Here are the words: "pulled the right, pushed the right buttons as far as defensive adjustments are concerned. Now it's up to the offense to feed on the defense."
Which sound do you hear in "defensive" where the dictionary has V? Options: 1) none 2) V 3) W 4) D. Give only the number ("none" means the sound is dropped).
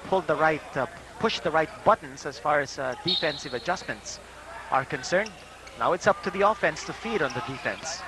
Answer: 2